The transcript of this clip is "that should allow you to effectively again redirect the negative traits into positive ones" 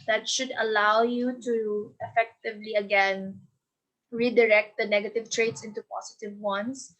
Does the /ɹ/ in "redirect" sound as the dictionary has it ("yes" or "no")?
yes